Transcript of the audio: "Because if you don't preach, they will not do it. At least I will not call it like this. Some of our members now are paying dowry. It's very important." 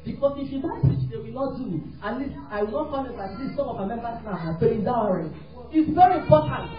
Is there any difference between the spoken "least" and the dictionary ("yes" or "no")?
yes